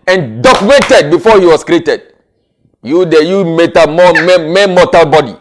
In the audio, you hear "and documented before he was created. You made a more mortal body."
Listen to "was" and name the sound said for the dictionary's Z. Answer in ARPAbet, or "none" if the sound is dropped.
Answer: S